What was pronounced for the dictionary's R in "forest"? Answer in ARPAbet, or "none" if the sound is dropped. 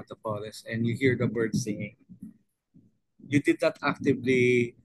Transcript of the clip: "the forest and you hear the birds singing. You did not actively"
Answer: L